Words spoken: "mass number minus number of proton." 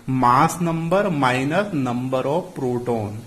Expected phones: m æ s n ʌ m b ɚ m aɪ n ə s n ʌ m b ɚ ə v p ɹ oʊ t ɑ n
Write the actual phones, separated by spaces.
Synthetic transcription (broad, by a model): m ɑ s n ʌ m b ɚ m aɪ n ə s n ʌ m b ɚ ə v p ɹ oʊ t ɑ n